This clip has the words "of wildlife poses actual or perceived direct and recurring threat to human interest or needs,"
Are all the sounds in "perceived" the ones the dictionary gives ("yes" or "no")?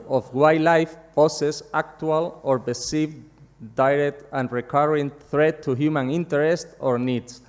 no